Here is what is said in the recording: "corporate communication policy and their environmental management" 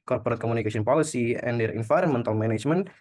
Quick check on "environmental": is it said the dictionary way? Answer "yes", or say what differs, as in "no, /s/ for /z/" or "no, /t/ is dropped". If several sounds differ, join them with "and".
no, /f/ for /v/